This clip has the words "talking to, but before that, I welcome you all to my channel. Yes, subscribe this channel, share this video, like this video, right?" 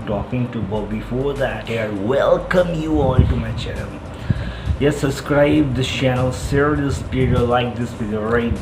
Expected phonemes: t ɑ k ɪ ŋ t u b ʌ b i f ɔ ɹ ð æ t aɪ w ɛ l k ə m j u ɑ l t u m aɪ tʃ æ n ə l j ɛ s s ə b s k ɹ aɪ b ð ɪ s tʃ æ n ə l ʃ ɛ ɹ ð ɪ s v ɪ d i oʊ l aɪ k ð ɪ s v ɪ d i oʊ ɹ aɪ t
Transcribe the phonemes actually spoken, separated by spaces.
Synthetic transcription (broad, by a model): t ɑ k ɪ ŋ t u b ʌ b i f ɔ ɹ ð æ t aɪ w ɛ l k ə m j u ɑ l t u m aɪ tʃ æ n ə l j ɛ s s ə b s k ɹ aɪ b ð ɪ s tʃ æ n ə l s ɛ ɹ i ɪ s p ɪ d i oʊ l aɪ k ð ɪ s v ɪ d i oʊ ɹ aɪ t